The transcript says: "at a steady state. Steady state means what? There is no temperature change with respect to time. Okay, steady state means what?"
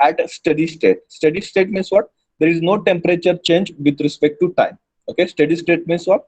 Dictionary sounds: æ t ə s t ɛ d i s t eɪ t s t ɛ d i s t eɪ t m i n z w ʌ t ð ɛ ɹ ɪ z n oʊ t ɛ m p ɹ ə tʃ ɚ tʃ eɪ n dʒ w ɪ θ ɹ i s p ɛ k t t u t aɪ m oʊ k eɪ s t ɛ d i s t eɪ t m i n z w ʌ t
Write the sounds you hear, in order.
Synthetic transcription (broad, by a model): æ t s t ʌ d i s t eɪ t s t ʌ d i s t eɪ t m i n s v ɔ t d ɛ ɹ ɪ z n oʊ t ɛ m p ɹ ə tʃ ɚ tʃ eɪ n dʒ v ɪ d ɹ i s p ɛ k t t u t aɪ m oʊ k eɪ s t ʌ d i s t eɪ t m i n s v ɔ t